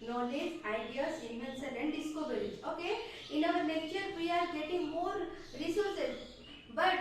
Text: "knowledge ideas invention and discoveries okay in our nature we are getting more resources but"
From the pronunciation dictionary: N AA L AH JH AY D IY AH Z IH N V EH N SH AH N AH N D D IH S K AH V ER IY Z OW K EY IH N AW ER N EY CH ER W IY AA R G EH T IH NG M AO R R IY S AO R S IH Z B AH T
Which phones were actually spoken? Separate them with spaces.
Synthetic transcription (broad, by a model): N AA L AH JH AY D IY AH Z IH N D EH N S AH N AH N D D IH S K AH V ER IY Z OW K EY IH N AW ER N EY CH ER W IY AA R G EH T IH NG M AO R R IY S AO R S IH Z B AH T